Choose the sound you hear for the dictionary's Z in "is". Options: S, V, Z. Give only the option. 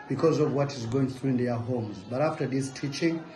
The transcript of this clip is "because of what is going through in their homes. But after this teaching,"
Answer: Z